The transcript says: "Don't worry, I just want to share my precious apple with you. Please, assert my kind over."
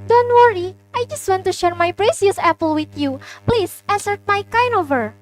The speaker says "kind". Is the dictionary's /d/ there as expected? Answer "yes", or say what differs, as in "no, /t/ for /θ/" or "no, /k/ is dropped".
no, /d/ is dropped